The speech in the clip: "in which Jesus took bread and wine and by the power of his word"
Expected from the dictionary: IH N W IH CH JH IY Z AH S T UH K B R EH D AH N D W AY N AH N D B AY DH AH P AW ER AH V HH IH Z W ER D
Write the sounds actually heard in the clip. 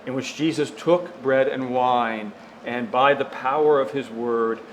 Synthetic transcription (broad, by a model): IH N W IH CH JH IY Z AH S T UH K B R EH D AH N W AY N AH N B AY DH AH P AW ER AH V IH Z W ER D